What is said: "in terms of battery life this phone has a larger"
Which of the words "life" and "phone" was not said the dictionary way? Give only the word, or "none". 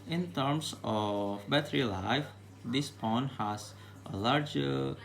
phone